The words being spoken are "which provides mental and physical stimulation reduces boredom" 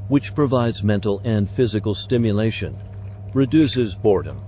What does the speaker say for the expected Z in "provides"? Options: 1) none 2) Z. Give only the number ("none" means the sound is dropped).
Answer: 2